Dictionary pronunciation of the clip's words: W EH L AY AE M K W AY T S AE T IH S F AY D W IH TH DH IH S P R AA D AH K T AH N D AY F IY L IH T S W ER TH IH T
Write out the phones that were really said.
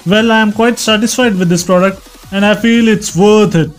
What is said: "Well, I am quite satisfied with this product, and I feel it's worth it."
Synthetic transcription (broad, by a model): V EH L AY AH M K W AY T S AE T IH S F AY D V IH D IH S P R AA D AH K T AH N D AY F IY L IH T S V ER T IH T